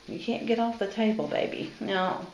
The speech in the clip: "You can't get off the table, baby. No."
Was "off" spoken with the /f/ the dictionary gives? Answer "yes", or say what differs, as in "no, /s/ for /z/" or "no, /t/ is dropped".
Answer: yes